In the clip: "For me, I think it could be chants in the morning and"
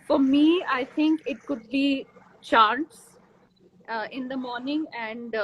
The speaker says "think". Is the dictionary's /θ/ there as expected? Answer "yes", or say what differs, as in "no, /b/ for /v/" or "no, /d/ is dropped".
no, /t/ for /θ/